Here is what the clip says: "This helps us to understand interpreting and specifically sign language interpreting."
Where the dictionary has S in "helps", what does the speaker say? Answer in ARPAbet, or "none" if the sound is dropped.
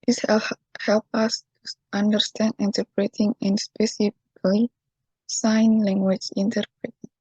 none